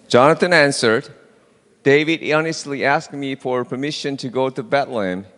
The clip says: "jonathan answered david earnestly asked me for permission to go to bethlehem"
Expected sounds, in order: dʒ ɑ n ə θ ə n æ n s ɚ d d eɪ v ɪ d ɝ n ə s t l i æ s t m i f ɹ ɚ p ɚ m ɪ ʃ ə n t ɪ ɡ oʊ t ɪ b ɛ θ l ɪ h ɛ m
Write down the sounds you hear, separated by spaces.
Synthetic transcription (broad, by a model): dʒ ɑ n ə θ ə n æ n s ɚ d d eɪ v ɪ d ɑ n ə s t l i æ s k m i f ɹ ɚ p ɚ m ɪ ʃ ə n t ɪ ɡ oʊ t ɪ b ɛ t l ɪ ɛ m